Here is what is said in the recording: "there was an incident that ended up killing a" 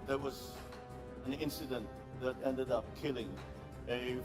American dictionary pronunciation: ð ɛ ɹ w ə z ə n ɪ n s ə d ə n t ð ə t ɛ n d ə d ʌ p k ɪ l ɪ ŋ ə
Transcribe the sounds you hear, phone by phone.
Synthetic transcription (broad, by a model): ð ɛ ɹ w ə z ə n ɪ n s ə d ə n t ð ə t ɛ n d ə d ʌ p k ɪ l ɪ ŋ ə